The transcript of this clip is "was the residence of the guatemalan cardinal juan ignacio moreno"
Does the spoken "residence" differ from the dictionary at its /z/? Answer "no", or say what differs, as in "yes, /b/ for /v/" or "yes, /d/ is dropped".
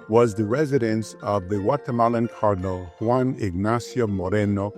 no